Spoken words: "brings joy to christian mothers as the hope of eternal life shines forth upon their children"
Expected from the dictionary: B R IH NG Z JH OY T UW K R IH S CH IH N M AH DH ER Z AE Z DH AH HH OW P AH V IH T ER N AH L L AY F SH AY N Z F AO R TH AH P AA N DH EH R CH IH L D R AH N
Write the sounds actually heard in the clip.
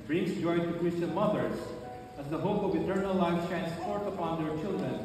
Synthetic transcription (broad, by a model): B R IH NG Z JH OY T UW K R IH S CH IH N M AH DH ER Z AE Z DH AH HH OW P AH V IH T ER N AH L L AY F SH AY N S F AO R T AH P AA N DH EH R CH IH L D R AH N